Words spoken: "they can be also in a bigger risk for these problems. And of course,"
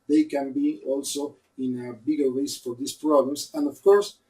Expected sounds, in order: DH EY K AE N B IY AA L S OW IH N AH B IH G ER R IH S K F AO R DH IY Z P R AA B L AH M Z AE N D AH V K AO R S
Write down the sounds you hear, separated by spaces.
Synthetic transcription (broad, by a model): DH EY K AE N B IY AA L S OW IH N AH B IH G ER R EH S F AO R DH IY S P R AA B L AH M S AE N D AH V K AO R S